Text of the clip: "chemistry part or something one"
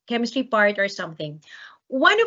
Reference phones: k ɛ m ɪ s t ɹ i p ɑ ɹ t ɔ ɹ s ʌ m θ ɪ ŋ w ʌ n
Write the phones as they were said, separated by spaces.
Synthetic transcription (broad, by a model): k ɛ m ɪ s t ɹ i p ɑ ɹ t ɔ ɹ s ʌ m θ ɪ ŋ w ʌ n